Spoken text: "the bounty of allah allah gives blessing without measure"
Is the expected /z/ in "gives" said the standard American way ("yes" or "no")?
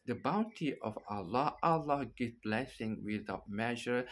no